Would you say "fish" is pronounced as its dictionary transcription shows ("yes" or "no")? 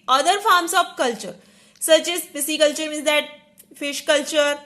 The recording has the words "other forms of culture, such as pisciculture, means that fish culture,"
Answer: yes